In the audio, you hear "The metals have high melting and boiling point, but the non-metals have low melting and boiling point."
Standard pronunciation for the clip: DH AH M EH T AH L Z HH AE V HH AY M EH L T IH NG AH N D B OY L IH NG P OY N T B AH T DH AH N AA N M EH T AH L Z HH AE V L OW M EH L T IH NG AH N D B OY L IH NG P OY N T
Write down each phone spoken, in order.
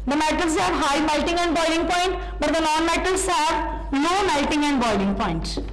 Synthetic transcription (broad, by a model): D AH M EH T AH L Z HH AE V HH AY M EH L T IH NG AH N D B OY L IH NG P OY N T B AH T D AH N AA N M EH T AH L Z HH AE V N OW M EH L T IH NG AH N D B OY L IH NG P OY N T